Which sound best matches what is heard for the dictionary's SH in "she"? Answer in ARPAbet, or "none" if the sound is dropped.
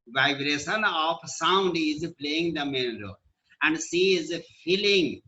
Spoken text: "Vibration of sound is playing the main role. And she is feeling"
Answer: S